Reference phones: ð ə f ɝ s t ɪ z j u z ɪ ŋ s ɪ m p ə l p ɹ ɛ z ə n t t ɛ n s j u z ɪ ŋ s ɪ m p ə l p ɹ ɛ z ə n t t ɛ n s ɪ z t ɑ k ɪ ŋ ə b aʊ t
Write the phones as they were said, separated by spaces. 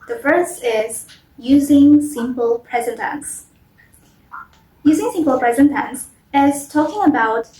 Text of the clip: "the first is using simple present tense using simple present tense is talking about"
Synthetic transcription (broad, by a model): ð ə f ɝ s ɪ z j u z ɪ ŋ s ɪ m p ə l p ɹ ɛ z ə n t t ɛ n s j u z ɪ ŋ s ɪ m p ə l p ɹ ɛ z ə n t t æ n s ɪ z t ɑ k ɪ ŋ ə b aʊ t